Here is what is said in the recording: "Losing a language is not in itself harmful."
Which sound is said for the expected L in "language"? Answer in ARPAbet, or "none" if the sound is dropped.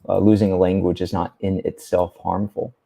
L